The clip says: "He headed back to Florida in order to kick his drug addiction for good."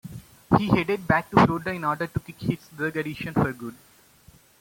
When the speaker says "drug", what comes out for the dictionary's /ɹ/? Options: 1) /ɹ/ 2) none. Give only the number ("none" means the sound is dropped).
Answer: 2